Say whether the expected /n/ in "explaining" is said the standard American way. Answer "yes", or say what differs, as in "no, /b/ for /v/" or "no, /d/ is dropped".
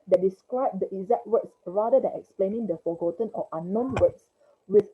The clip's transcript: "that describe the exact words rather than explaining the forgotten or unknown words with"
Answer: yes